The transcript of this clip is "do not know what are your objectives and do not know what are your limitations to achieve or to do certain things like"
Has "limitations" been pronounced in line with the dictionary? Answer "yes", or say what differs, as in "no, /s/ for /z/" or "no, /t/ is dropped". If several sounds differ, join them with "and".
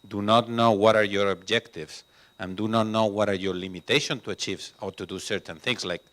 no, /z/ is dropped